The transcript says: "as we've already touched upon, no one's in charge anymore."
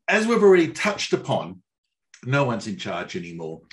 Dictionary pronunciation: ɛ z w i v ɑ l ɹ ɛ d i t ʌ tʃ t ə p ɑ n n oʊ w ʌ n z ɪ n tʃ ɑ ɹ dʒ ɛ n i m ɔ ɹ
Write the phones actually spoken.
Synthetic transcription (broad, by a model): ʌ z w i v ɑ l ɹ ɛ d i t ʌ tʃ t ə p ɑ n n oʊ w ʌ n z ɪ n tʃ ɑ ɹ dʒ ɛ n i m ɔ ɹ